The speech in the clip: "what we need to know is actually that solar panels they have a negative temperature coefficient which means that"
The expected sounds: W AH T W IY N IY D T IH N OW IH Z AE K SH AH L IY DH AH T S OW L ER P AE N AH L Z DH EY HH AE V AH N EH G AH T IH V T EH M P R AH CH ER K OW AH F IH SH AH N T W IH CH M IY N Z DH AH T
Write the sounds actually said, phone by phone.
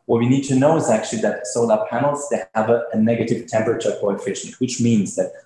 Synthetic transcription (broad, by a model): W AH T W IY N IY D T IH N OW IH Z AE K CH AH L IY DH AH T S OW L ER P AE N L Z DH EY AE V AH N EH G AH T IH V T EH M P R AH CH ER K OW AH F IH SH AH N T W IH CH M IY N Z DH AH T